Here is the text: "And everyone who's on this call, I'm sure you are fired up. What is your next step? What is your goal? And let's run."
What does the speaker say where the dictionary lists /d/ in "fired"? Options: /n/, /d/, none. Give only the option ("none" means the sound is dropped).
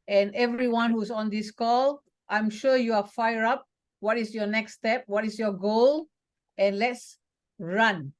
none